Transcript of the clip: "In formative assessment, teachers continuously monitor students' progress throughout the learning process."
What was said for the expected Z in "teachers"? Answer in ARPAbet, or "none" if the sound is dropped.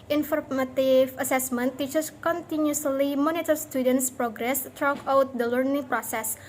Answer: S